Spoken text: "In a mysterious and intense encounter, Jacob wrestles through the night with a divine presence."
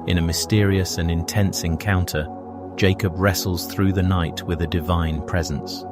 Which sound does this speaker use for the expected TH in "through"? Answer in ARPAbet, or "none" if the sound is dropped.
TH